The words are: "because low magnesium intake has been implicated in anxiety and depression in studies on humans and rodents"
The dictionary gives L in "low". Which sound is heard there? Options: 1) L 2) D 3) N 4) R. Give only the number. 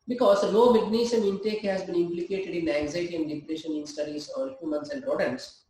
3